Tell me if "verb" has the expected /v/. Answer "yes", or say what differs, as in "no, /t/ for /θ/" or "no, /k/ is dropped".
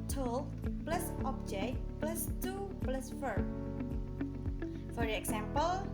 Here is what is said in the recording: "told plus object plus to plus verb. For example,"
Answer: no, /f/ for /v/